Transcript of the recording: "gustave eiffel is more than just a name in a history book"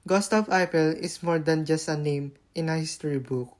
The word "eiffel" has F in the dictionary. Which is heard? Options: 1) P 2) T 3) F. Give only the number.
1